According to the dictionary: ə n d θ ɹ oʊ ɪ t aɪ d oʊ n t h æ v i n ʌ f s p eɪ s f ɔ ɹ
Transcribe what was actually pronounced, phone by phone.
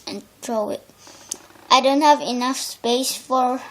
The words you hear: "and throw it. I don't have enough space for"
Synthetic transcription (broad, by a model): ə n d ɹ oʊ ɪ t aɪ d oʊ n t h æ v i n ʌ f s p eɪ s f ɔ ɹ